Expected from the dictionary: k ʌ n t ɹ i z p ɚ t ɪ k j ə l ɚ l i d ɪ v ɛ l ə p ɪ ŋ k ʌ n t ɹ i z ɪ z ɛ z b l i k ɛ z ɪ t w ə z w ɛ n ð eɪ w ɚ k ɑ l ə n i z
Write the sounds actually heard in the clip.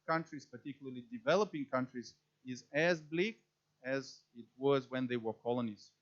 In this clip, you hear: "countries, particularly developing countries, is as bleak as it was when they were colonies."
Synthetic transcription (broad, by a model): k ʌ n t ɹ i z p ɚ t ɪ k j l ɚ l i d ɪ v ɛ l ə p ɪ ŋ k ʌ n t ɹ i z ɪ z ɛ z b l i k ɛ z ɪ t w ə z w ɛ n ð eɪ w ɚ k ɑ l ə n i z